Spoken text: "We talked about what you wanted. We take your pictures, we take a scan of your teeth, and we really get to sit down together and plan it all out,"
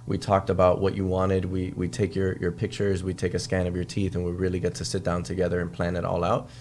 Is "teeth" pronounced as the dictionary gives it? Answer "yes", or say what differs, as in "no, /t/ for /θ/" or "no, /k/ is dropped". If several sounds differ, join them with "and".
yes